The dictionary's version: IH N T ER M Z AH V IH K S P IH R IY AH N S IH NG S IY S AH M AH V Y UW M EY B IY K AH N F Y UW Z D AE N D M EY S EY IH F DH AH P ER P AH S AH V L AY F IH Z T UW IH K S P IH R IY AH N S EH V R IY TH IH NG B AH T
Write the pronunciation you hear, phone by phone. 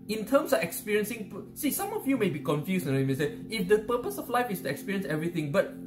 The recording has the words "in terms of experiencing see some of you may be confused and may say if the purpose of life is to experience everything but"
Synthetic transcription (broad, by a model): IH N T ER M S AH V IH K S P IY R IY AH N S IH NG S IY S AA M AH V Y UW M EY B IY K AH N F Y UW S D M EY S EY IH F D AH P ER P AH S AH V L AY F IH S T UW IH K S P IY R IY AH N S EH V R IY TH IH NG B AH T